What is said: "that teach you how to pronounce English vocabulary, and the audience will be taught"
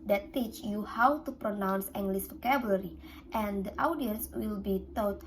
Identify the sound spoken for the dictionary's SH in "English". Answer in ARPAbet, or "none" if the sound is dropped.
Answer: S